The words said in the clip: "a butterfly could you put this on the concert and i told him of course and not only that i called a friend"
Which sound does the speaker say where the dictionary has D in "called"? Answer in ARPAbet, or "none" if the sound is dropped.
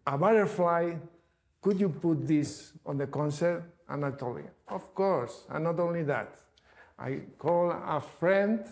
none